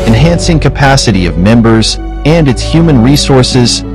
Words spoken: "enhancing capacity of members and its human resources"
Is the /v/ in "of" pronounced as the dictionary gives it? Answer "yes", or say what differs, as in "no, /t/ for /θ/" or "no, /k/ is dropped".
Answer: yes